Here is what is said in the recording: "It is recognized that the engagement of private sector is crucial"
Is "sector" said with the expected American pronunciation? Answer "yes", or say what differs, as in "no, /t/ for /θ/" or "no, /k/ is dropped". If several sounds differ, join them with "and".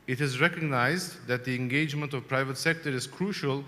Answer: yes